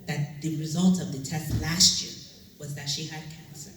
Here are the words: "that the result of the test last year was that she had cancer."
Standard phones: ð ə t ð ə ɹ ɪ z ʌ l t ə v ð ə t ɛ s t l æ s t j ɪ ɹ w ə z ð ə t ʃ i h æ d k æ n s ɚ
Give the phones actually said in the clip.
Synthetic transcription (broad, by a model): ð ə t ð ə ɹ ɪ z ʌ l t ə v ð ə t ɛ s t l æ s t j ɪ ɹ w ə z ð ə t ʃ i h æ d k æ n s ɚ